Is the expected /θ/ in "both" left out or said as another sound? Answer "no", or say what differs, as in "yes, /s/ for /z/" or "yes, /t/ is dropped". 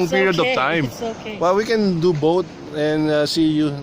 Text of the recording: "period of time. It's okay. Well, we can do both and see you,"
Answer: yes, /t/ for /θ/